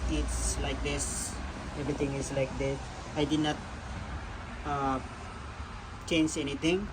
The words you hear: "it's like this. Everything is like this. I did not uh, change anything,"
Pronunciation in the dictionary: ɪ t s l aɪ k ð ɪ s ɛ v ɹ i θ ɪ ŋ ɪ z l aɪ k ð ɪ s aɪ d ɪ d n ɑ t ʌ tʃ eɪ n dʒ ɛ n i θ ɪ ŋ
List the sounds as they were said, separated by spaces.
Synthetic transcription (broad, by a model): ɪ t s l aɪ k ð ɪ s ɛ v ɹ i t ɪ ŋ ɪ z l aɪ k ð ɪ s aɪ d ɪ d n ɑ t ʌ tʃ eɪ n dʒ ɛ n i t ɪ ŋ